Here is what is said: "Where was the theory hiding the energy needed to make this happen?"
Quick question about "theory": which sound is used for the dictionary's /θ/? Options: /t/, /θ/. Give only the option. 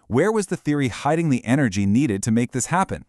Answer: /θ/